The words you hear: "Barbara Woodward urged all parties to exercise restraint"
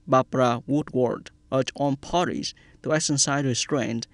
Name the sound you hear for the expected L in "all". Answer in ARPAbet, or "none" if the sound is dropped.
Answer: N